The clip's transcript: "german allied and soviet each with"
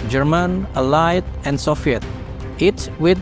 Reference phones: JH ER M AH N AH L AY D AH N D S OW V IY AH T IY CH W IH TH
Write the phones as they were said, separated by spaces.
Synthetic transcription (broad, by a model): JH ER M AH N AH L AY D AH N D S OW F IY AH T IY S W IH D